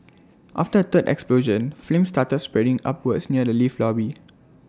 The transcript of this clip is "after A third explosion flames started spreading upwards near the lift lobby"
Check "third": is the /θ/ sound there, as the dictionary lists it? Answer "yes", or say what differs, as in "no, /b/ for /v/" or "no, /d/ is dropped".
no, /t/ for /θ/